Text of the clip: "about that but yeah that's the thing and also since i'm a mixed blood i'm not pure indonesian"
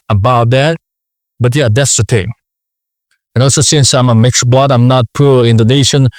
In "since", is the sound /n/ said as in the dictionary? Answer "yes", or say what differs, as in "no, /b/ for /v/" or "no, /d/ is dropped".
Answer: yes